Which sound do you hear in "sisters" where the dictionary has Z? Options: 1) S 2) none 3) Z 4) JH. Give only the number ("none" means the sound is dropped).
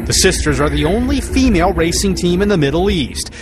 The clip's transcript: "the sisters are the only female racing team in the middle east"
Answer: 3